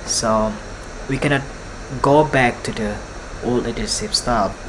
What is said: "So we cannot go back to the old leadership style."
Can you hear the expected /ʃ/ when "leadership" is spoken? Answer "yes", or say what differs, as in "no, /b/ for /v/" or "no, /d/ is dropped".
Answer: no, /s/ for /ʃ/